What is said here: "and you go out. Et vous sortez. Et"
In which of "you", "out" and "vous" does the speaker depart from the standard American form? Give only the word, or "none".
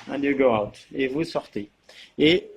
none